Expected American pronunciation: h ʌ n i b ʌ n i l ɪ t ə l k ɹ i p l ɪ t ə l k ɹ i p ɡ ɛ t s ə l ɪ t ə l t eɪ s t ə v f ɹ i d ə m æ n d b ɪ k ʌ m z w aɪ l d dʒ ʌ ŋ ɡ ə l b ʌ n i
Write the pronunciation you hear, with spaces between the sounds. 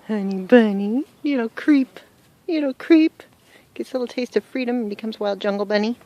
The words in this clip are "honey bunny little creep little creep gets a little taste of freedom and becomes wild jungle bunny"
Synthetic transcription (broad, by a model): h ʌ n i b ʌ n i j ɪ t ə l k ɹ i p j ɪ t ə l k ɹ i p ɡ ɛ t s l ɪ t l t eɪ s t ə v f ɹ i d ə m n b ɪ k ʌ m z w aɪ l d dʒ ʌ ŋ ɡ l b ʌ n i